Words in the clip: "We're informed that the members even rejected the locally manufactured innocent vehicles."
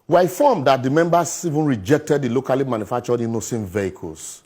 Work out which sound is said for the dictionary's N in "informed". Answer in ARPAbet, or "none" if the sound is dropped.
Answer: none